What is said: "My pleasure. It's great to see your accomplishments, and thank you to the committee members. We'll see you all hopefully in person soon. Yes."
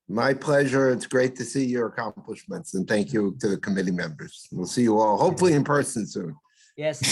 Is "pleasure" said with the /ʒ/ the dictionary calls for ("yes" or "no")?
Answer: yes